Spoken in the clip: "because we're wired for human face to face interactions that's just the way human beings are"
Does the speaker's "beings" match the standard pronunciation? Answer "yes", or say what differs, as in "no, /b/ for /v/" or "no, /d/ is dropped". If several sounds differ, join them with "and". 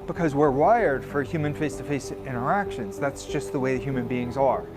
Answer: yes